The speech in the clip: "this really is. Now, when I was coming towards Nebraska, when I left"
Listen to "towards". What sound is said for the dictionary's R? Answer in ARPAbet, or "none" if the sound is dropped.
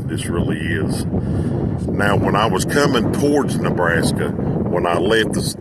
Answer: R